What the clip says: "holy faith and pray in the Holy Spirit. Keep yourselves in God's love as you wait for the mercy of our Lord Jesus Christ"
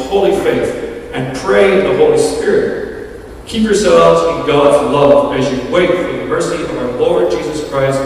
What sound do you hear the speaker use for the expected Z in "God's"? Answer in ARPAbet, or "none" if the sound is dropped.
Z